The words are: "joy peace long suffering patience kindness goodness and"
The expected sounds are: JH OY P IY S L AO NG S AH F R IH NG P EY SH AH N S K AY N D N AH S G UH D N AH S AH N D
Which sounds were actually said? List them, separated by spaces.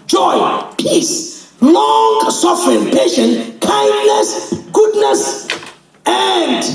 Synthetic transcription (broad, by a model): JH OY P IY S L AO NG S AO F R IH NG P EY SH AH N K AY N D N AH S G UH D N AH S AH N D